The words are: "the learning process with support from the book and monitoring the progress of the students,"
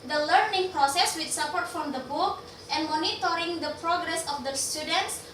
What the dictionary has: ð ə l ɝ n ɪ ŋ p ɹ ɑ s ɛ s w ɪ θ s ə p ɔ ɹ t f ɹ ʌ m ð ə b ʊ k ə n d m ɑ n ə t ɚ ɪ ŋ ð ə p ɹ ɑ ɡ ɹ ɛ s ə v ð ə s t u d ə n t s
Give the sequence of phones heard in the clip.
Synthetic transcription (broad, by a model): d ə l ɝ n ɪ ŋ p ɹ ɑ s ɛ s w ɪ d s ə p ɔ ɹ t f ɹ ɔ m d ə b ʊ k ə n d m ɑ n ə t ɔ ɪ ŋ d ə p ɹ ɑ ɡ ɹ ɛ s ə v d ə s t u d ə n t s